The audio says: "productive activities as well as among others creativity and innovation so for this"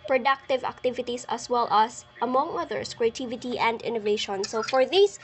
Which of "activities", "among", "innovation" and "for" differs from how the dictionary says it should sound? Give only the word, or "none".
activities